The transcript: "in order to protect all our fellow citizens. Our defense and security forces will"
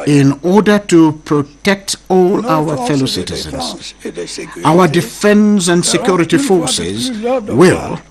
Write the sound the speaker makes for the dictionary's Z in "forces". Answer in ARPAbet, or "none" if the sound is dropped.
Z